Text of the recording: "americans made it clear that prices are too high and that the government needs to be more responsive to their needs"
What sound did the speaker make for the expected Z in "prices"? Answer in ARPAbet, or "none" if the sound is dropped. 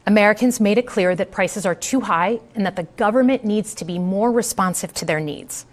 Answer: Z